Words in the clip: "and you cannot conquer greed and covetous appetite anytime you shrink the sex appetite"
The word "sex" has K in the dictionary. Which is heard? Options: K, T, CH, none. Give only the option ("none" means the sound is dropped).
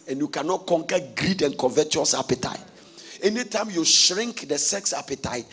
K